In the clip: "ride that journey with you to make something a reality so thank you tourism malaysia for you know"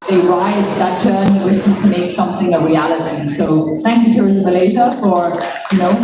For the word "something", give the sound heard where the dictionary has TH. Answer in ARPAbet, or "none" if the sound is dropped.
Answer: TH